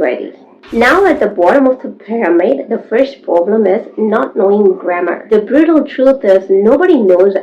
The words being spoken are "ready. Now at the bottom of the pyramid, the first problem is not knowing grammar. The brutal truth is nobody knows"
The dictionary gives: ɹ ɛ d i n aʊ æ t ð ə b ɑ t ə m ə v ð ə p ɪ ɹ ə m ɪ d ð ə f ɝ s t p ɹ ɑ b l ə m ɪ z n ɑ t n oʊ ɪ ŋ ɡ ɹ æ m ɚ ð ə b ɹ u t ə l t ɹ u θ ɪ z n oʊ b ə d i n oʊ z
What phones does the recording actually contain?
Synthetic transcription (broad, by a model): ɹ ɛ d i n aʊ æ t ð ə b ɑ t ə m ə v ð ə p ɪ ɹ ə m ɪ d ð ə f ɝ s t p ɹ ɑ b l ə m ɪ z n ɑ t n oʊ ɪ ŋ ɡ ɹ æ m ɚ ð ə b ɹ u t ə l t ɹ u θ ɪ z n oʊ b ə d i n oʊ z